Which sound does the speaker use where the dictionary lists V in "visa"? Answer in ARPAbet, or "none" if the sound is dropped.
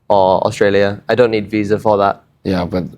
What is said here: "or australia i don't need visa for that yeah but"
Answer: V